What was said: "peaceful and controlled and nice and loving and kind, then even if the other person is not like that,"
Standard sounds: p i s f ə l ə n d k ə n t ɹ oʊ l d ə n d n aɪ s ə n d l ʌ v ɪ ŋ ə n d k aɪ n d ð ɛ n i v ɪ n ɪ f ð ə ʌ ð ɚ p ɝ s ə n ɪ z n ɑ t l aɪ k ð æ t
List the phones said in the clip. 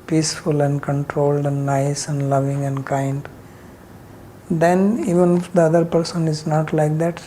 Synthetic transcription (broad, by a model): p i s f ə l ə n d k ə n t ɹ oʊ l d ə n d n aɪ s ə n d l ʌ v ɪ ŋ ə n d k aɪ n d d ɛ n i v ɪ n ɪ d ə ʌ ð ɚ p ɝ s ə n ɪ z n ɑ t l aɪ k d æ t